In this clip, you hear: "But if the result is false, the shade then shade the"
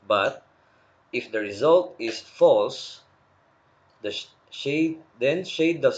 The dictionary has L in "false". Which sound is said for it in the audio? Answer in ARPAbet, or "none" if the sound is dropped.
L